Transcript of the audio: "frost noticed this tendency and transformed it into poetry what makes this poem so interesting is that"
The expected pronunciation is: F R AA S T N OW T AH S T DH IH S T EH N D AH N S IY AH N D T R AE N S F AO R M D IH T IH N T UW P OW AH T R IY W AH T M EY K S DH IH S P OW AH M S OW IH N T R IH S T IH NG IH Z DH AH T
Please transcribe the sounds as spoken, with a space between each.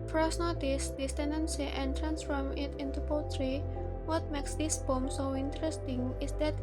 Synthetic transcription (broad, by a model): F R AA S N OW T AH S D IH S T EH N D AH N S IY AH N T R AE N S F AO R M IH T IH N T UW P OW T R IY W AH T M EY K S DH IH S B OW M S OW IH N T R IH S T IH NG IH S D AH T